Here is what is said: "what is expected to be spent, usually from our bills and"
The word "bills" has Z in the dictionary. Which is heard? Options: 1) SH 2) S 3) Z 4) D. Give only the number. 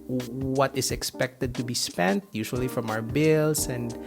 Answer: 2